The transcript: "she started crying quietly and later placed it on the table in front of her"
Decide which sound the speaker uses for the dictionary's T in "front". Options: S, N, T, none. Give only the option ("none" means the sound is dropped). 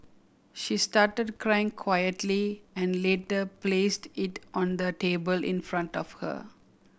T